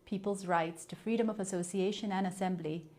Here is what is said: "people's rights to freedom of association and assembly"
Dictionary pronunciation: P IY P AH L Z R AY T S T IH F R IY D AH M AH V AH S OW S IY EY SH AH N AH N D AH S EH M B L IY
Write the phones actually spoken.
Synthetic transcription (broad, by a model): P IY P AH L Z R AY T S T IH F R IY D AH M AH V AH S OW S IY EY SH AH N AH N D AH S EH M B L IY